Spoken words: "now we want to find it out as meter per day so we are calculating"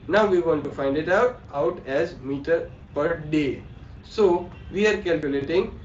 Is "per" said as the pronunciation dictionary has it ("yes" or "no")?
yes